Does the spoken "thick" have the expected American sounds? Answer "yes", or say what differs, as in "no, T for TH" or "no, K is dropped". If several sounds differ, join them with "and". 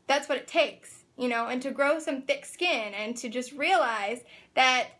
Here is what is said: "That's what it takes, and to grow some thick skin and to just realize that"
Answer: yes